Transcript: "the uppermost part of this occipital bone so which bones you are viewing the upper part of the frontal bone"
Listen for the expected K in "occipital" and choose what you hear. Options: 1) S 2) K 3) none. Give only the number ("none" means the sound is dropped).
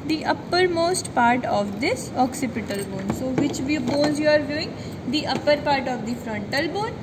2